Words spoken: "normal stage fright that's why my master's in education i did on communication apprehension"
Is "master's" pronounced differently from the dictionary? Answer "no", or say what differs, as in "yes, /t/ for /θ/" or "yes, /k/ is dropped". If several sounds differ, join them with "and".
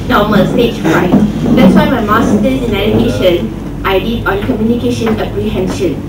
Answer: yes, /z/ is dropped